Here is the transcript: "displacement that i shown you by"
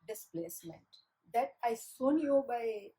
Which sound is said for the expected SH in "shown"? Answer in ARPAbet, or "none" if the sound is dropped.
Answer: S